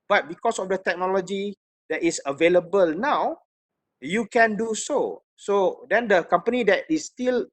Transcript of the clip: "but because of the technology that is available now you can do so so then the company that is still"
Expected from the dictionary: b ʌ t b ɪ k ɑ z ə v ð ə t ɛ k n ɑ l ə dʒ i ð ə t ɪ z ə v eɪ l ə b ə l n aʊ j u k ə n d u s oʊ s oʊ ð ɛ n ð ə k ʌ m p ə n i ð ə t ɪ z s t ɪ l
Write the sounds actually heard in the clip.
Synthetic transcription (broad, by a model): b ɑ t b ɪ k ɑ s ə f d ə t ɛ k n ɑ l ə dʒ i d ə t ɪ s ə v eɪ l ə b ə l n aʊ j u k ə n d u s oʊ s oʊ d ɛ n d ə k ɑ m p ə n i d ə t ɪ s t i l